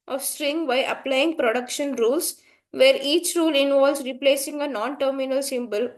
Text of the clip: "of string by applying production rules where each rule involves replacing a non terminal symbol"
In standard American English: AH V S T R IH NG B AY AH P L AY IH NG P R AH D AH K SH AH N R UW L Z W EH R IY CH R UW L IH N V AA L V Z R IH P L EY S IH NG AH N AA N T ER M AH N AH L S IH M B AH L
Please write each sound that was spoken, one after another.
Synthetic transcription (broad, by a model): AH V S T R IH NG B AY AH P L AY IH NG P R AH D AH K SH AH N R UW L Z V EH R IY CH R UW L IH N V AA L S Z R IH P L EY S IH NG AH N AA N T ER M AH N AH L S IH M B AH L